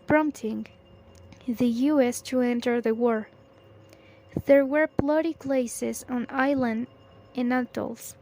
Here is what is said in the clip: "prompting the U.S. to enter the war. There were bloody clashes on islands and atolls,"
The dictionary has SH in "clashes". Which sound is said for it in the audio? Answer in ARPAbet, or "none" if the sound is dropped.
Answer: S